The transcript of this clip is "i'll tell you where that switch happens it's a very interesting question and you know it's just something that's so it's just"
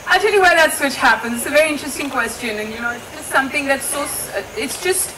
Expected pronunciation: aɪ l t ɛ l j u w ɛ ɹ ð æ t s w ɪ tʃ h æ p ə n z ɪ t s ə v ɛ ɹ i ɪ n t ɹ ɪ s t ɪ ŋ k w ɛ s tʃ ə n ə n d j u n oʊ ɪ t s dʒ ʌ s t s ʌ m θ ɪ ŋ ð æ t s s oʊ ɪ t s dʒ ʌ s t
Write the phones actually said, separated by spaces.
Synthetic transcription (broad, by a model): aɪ t ɛ l j u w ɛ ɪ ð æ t s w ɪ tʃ h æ p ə n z ɪ t s ə v ɛ ɹ i ɪ n t ɹ ɪ s t ɪ ŋ k w ɛ s tʃ ə n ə n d j u n oʊ ɪ t s dʒ ʌ s t s ʌ m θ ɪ ŋ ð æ t s s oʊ ɪ t s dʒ ʌ s t